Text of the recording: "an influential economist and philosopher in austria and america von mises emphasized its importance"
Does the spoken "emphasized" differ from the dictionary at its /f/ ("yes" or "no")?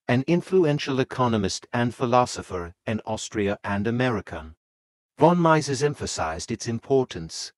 no